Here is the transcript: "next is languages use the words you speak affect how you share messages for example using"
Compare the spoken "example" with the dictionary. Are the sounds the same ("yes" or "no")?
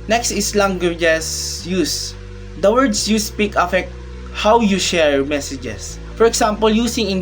no